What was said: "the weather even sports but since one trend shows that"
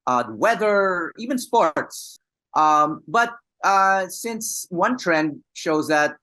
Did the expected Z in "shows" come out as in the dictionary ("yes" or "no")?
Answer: yes